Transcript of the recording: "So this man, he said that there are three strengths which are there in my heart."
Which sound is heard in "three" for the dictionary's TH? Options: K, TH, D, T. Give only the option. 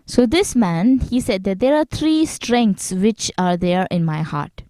T